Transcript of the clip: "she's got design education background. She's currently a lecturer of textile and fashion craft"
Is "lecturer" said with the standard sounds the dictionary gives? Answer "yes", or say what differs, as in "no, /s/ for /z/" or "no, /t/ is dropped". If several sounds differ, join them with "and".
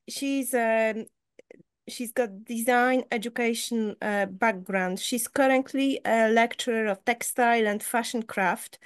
yes